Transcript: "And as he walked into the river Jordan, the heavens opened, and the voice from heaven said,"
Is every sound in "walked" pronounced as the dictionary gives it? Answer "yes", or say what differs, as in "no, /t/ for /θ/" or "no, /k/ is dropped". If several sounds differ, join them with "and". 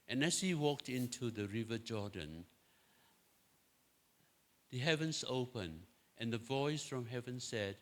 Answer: yes